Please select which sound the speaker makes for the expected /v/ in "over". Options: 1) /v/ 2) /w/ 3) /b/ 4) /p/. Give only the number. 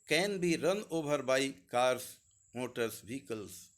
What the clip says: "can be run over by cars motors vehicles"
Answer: 3